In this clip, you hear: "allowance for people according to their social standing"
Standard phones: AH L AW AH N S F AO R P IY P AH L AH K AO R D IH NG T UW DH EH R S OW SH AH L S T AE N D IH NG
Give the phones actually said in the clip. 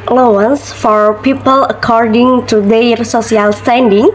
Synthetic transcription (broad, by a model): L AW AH N S F AO R P IY P AH L AH K AO R D IH NG T UW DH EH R S OW S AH L S T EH N D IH NG